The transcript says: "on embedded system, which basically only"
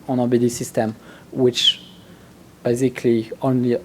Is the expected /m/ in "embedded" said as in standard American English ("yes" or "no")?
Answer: no